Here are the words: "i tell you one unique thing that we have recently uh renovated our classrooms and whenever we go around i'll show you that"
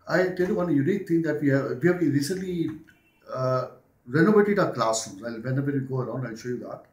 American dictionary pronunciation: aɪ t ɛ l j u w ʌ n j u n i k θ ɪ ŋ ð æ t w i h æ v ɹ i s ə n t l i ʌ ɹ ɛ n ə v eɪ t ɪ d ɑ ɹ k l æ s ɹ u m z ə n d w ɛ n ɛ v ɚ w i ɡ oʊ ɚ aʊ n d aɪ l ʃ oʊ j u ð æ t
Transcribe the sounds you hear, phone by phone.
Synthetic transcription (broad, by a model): aɪ t ɛ l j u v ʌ n j u n i k t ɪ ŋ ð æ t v i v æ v ɹ i s ə n t l i ɹ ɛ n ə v eɪ t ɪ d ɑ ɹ k l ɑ s u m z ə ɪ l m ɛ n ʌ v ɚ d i ɡ oʊ ɚ aʊ n d aɪ l ʃ oʊ j u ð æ t